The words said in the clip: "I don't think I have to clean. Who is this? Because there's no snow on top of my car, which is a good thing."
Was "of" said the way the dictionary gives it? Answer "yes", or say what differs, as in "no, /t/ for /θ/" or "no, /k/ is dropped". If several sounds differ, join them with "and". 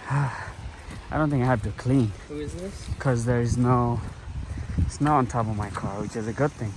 yes